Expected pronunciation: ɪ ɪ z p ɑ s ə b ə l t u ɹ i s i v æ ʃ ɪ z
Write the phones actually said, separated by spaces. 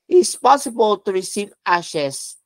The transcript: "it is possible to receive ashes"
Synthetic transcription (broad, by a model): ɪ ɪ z p ɑ s ə b ə l t u ɹ i s i v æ ʃ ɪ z